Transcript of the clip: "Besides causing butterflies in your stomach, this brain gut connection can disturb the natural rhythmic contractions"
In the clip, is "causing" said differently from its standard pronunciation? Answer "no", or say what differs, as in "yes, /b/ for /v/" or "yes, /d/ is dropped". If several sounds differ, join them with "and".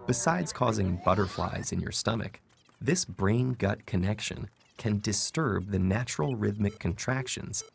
no